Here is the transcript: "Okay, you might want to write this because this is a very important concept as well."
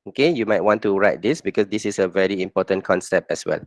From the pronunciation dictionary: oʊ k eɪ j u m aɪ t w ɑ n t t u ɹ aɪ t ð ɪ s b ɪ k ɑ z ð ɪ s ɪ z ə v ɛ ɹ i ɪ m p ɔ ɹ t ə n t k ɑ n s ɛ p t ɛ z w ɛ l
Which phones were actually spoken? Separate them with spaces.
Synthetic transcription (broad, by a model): oʊ k eɪ j u m aɪ t w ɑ n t t u ɹ aɪ t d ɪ s b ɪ k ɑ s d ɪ s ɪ s ə v ɛ ɹ i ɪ m p ɔ t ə n k ɑ n s ɛ p t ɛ s w ɛ l